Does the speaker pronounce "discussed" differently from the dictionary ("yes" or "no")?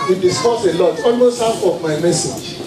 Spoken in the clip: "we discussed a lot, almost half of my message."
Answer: yes